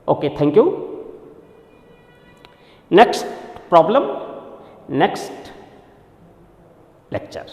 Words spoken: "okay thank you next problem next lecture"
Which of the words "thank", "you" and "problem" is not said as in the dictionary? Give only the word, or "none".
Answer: thank